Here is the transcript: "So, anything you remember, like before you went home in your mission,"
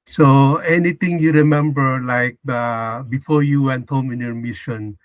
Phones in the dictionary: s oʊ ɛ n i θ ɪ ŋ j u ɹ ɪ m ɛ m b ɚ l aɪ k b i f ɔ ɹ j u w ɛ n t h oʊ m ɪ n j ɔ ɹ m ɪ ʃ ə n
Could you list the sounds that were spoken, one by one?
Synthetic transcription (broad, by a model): s oʊ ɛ n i t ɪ ŋ j u ɹ ɪ m ɛ m b ɚ l aɪ k b i f ɔ ɹ j u w ɛ n t h oʊ m ɪ n j ɔ ɹ m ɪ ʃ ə n